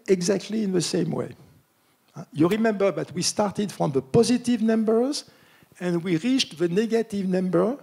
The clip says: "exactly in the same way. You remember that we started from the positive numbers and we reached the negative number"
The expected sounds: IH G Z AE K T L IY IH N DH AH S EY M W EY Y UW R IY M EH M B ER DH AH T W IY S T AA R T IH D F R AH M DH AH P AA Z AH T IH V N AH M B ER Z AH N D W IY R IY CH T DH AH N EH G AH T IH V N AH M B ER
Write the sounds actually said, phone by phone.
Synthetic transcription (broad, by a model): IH G Z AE K T L IY IH N DH AH S EY M W EY Y UW R IY M EH M B ER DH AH T W IY S T AA R T IH D F R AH M DH AH P AA Z AH T IH V N AH M B ER Z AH N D W IY R IY CH T DH AH N EH G AH T IH V N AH M B ER